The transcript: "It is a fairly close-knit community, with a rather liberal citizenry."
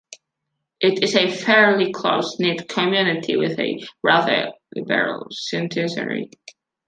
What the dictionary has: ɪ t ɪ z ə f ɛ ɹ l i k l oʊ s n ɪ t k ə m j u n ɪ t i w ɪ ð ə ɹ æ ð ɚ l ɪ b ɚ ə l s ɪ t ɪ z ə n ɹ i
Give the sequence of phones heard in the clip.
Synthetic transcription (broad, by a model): ɪ t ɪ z ə f ɛ ɹ l i k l oʊ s n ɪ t k ə m j u n ɪ t i w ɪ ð ə ɹ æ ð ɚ l ɪ b ɚ ə l s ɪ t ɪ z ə ɹ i